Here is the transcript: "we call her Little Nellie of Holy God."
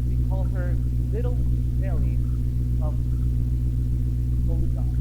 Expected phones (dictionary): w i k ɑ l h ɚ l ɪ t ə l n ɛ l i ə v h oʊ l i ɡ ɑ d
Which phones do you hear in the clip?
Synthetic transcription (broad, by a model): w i k ɑ l h ɚ l ɪ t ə l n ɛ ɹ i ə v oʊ i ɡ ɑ